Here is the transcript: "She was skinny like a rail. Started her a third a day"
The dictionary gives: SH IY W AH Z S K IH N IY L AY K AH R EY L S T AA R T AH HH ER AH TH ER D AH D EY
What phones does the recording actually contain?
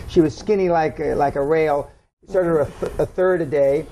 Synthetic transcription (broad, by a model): SH IY W AH Z S K IH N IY L AY K AH R EY L S T AA R T AH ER AH TH ER D AH D EY